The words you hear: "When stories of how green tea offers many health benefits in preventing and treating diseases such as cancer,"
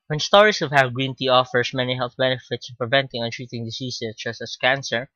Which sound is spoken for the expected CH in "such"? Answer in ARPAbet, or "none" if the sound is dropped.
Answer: S